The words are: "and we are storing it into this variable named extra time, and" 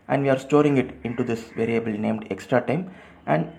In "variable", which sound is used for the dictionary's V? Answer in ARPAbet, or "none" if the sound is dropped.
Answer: V